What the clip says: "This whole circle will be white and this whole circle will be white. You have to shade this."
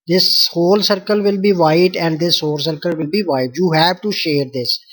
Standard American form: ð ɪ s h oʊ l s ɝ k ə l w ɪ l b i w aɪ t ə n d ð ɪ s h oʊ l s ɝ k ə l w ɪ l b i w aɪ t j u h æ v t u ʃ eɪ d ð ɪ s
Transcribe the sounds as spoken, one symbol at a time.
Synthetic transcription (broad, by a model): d ɪ s h oʊ l s ɝ k ə l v ɪ l b i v aɪ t ə n d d ɪ s h oʊ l s ɝ k ə l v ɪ l b i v aɪ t j u h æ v t u ʃ eɪ d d ɪ s